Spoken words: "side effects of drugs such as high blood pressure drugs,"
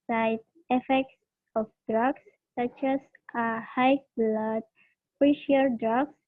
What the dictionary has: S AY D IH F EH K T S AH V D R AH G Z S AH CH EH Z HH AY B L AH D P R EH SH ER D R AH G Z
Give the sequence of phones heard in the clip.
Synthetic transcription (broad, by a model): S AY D IH F EH K T S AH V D R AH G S S AH CH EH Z HH AY B L AH D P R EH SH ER D R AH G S